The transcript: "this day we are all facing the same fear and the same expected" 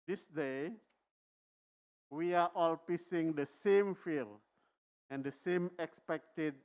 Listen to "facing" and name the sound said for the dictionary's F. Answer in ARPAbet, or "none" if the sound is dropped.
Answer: P